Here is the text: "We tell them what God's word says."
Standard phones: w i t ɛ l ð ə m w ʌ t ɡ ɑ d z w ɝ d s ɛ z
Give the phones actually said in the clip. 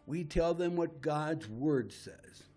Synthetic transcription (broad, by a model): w i t ɛ l ð ə m w ʌ t ɡ ɑ d z w ɝ d s ɛ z